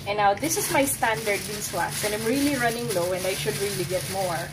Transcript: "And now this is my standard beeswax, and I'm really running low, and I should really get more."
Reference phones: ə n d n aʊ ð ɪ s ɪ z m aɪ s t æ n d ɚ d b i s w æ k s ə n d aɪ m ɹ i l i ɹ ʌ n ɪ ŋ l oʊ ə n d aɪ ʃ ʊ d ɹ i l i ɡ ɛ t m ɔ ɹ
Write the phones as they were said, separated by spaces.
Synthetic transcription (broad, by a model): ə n n aʊ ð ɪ s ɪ s m aɪ s t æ n d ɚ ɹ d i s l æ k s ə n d aɪ m ɹ i l i ɹ ʌ n ɪ ŋ l oʊ ə n d aɪ ʃ ʊ d ɹ i l i ɡ ɛ t m ɔ ɹ